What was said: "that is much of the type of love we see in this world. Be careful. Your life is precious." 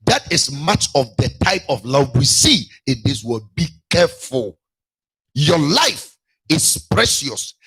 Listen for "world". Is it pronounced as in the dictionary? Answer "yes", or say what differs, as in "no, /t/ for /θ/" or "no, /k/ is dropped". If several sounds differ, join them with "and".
no, /l/ is dropped